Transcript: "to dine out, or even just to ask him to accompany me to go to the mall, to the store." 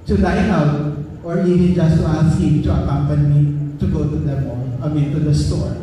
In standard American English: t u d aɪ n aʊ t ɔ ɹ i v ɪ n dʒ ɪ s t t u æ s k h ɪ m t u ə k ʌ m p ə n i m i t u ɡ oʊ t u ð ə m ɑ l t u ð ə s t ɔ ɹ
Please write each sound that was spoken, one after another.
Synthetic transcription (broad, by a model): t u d aɪ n aʊ t ɔ ɹ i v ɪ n dʒ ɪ s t t u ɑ s k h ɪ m t u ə k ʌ m p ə n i m i t u ɡ oʊ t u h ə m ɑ n t u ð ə s t ɔ ɹ